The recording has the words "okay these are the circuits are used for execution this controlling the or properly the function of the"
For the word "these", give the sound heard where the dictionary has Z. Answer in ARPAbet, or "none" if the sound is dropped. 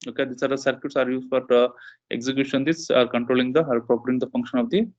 S